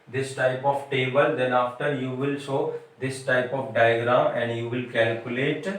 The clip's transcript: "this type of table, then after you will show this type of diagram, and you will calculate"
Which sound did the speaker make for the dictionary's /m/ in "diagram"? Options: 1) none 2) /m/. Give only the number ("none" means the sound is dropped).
1